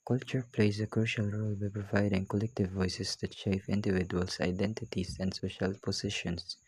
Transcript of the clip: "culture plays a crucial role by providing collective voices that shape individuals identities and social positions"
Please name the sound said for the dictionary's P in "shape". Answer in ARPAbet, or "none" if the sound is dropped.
F